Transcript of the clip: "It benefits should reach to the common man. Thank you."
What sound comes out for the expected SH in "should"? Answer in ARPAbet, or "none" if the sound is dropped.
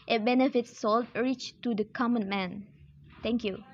S